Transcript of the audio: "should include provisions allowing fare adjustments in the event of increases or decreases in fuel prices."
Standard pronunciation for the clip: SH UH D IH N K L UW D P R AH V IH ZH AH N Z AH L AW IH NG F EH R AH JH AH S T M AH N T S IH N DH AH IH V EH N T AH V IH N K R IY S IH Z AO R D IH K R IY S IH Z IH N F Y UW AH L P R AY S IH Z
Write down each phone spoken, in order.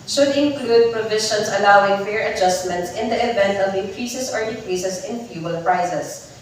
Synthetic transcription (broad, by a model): SH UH D IH N K L UW D P R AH V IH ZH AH N S AH L AW IH NG F EH R AH JH AH S T M AH N T S IH N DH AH IH V EH N T AH V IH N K R IY S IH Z AO R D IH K R IY S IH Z IH N F Y UW AH L P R AY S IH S